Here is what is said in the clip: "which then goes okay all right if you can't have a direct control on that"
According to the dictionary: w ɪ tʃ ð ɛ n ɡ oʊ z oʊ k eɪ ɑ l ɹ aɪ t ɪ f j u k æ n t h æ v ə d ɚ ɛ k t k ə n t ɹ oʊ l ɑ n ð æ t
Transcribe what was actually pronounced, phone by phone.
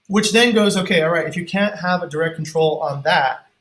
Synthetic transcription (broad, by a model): w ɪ tʃ ð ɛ n ɡ oʊ z oʊ k eɪ ɑ l ɹ aɪ t ɪ f j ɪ k æ n t h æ v ə d ɚ ɛ k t k n t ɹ oʊ l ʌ n ð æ t